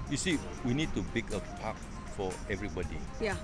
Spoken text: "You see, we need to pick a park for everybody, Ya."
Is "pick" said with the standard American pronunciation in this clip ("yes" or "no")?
no